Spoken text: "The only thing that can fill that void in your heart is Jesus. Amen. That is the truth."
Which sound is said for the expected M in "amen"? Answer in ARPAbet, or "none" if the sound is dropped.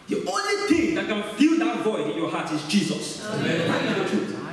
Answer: none